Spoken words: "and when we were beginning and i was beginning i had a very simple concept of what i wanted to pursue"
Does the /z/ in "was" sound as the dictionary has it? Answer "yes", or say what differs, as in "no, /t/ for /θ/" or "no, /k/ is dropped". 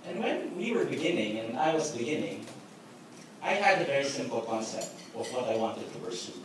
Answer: yes